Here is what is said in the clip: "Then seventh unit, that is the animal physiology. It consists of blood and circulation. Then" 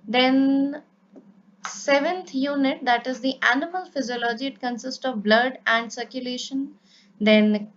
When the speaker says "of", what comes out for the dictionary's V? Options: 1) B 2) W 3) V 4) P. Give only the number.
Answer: 3